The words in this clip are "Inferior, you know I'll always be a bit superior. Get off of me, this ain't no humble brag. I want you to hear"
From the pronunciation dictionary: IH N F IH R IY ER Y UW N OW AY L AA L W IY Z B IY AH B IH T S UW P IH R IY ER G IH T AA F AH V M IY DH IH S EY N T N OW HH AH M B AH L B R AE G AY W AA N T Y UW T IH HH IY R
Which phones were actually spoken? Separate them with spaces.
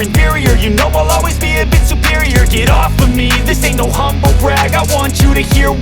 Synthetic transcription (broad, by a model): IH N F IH R IY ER Y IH N OW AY L AA L W IY Z B IY AH B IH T S UW P IH R IY ER G IH T AA F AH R M IY DH IH S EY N N OW HH AH M B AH L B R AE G AY W AA N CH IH T IH HH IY R